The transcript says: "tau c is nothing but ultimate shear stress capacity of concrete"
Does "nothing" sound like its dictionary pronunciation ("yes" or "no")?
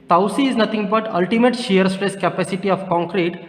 no